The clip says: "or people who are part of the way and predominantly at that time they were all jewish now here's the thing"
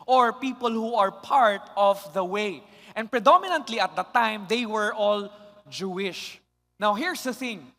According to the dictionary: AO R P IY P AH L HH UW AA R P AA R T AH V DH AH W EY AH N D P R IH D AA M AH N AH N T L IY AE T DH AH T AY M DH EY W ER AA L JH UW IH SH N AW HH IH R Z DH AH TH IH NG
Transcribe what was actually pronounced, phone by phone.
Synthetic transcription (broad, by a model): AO R P IY P AH L HH UW AA R P AA R T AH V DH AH W EY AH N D P R IH D AA M AH N AH N T L IY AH T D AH T AY M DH EY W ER AA L JH UW IH SH N AW HH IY R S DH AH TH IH NG